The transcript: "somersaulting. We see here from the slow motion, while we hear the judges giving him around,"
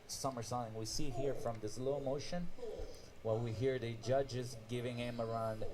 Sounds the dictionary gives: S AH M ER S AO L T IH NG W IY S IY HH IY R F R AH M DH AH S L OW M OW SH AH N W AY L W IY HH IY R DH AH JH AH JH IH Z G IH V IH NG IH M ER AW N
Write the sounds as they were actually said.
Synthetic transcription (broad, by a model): S AH M ER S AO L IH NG W IY S IY HH IY R F R AH M DH AH S L OW M OW SH AH N W AY L W IY HH IY R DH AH JH AH JH IH Z G IH V IH NG IH M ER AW N